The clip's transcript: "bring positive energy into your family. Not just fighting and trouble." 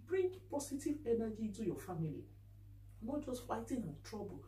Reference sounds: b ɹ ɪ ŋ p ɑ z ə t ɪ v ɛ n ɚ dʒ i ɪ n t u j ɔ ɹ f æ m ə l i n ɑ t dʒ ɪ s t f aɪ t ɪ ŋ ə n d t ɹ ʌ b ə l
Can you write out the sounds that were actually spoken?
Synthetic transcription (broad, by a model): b ɹ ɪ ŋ p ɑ s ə t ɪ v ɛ n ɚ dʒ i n t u j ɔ f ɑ m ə l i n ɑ dʒ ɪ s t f aɪ t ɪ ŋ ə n t ɹ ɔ b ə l